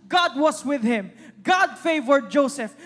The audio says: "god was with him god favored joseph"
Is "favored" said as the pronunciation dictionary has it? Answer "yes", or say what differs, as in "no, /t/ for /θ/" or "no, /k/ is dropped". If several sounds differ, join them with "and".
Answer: yes